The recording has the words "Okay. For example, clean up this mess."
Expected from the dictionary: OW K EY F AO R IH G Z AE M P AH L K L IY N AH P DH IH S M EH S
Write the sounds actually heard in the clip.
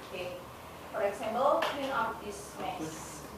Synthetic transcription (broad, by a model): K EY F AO R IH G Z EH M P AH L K IY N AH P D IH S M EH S